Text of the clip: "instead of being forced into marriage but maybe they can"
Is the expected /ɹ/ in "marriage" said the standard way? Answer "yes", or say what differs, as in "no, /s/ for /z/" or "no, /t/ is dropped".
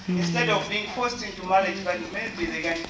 no, /l/ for /ɹ/